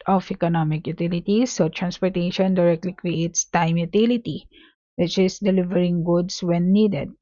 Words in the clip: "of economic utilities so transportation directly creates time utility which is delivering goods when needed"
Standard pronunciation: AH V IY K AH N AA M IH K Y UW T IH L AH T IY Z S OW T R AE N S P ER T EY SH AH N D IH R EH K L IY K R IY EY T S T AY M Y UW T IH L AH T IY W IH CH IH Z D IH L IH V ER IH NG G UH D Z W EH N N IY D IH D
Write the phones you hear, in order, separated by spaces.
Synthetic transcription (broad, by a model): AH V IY K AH N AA M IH K Y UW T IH L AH T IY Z S OW T R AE N S P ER T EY SH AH N D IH R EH K L IY K R IY EY T S T AY M Y UW T IH L AH T IY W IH CH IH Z D IH L IH V ER IH NG G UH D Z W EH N N IY D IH D